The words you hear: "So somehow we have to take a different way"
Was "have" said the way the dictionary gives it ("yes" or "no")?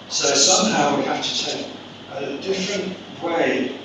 no